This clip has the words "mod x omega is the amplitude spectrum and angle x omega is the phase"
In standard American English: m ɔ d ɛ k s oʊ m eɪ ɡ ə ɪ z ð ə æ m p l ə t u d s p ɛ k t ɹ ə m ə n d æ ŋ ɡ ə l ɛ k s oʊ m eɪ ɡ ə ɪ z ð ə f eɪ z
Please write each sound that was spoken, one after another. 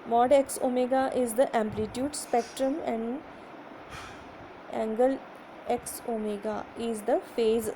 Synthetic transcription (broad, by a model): m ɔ d ɛ k s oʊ m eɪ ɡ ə ɪ z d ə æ m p l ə t u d s p ɛ k t ɹ ə m ə n d æ ŋ ɡ ə l ɛ k s oʊ m eɪ ɡ ə ɪ z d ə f eɪ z